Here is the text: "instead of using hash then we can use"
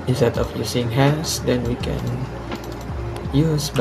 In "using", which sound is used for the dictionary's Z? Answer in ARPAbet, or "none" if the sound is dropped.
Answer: S